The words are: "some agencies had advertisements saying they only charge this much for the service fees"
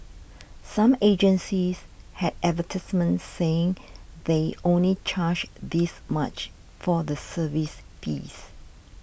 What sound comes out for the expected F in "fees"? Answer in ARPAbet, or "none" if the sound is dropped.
P